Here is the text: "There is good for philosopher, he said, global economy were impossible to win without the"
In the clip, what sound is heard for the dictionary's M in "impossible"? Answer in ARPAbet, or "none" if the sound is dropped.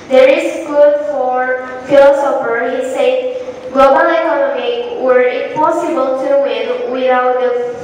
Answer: none